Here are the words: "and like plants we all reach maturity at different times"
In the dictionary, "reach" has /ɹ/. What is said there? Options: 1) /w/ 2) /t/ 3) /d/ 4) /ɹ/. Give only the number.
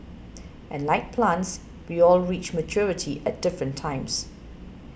4